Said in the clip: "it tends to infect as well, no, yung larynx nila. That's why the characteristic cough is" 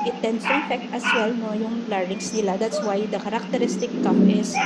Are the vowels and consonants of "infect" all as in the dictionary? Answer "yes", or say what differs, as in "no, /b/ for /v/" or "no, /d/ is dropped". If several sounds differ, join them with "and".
no, /n/ is dropped